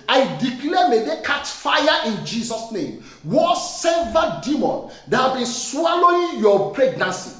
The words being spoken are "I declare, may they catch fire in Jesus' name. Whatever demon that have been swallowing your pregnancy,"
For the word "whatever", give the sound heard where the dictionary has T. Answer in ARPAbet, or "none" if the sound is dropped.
S